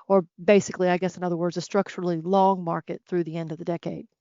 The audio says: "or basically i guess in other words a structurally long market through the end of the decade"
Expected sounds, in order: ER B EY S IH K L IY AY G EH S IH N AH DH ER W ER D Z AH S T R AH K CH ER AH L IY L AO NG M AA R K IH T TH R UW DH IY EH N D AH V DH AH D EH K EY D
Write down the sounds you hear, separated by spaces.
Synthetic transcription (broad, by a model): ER B EY S IH K L IY AY G EH S IH N AH DH ER W ER D Z AH S T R AH K CH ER L IY L AO NG M AA R K IH T TH R UW DH IY EH N D AH V DH AH D EH K EY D